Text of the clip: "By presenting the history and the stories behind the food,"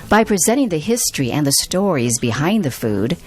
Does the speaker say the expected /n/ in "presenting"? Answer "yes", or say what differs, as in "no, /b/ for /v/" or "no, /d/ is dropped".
no, /n/ is dropped